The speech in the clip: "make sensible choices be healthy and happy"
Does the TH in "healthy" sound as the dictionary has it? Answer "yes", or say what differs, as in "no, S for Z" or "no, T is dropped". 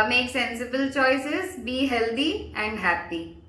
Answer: no, T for TH